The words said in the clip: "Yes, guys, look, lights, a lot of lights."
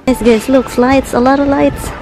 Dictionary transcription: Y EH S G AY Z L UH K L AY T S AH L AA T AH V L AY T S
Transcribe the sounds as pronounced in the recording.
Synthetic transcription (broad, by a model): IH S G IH S L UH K L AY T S AH L AA T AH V L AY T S